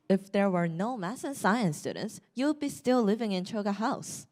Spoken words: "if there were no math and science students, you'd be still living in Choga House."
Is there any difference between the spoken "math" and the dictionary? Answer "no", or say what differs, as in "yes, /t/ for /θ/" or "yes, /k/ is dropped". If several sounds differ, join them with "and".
yes, /s/ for /θ/